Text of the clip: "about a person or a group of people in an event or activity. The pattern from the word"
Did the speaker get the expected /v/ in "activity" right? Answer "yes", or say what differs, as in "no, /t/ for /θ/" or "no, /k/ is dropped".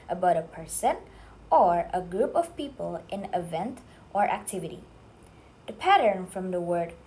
yes